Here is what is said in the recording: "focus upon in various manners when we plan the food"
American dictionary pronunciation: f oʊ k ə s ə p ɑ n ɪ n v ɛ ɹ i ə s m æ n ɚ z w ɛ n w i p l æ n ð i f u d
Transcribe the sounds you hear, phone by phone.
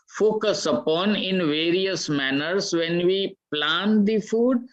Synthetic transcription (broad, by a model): f oʊ k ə s ə p ɑ n ɪ n v ɛ ɹ i ə s m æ n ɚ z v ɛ n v i p l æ n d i f u d